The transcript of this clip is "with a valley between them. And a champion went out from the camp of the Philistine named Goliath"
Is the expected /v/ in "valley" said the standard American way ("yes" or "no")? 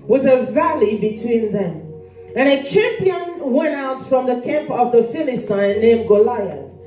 yes